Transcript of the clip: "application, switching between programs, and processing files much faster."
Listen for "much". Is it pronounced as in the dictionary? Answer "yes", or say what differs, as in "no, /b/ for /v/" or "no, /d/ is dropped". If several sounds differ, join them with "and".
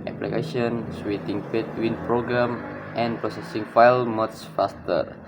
no, /s/ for /tʃ/